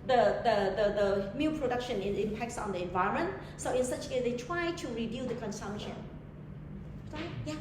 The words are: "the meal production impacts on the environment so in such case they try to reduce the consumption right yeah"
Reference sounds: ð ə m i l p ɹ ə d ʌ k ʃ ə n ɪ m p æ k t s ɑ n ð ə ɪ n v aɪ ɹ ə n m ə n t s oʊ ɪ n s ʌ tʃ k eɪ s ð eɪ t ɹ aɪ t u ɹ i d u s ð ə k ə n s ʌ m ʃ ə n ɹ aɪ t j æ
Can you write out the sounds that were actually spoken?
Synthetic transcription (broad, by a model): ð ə m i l p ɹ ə d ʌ k ʃ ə n ɪ m p æ k t s ɑ n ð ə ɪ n v aɪ ə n m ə n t s oʊ ɪ n s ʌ tʃ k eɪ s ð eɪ t ɹ aɪ t u ɹ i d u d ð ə k ə n s ʌ m ʃ ə n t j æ